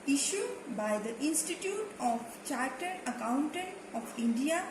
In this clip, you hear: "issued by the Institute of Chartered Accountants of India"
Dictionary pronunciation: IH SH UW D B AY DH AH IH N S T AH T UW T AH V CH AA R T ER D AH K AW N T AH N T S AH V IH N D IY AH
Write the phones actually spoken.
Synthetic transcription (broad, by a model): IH SH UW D B AY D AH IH N S T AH T UW T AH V CH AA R T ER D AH K AW N T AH N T AH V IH N D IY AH